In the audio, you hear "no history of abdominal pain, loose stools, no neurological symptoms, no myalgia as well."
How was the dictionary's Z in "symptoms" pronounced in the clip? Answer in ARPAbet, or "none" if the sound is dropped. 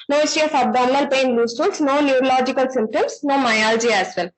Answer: S